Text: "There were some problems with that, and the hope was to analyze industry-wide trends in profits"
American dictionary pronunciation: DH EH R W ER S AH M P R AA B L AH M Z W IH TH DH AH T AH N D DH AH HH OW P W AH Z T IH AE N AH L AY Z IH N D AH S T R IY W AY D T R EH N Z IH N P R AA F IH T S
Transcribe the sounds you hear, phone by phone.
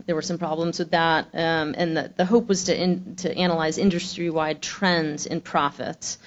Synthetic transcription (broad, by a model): DH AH R W ER S AH M P R AA B L AH M Z W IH DH AH T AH N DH DH AH HH OW P W AH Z T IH AE N AH L AY Z IH N D AH S T R IY W AY D T R EH N Z IH N P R AA F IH T S